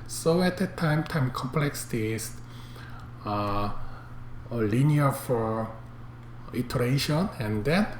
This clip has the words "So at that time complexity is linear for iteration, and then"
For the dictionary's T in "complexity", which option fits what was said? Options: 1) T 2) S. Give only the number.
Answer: 2